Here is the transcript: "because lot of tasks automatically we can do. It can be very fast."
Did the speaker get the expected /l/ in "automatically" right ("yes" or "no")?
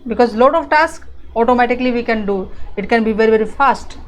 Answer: yes